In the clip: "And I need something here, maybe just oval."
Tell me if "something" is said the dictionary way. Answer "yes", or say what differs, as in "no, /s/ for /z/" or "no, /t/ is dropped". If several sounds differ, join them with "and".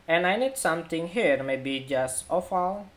no, /t/ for /θ/